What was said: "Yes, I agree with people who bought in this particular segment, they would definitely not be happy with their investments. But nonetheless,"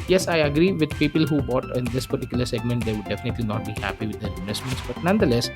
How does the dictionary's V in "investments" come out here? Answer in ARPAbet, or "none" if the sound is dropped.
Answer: none